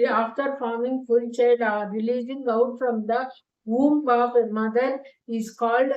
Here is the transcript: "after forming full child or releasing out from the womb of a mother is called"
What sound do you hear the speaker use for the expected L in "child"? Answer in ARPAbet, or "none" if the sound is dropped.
none